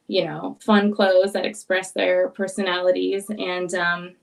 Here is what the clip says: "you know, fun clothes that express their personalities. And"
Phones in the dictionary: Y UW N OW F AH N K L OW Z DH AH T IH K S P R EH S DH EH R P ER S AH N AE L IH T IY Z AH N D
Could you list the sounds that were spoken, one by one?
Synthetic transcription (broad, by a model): Y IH N OW F AH N K L OW Z DH AH T IH K S P R EH S DH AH R P ER S AH N AE L IH T IY Z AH N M